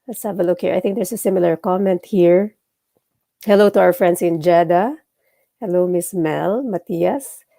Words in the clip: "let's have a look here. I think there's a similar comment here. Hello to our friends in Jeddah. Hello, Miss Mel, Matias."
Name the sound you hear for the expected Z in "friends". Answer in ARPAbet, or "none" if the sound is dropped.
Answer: S